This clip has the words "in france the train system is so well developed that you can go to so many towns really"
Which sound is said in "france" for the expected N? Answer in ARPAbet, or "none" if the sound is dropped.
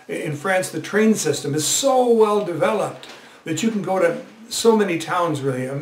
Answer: N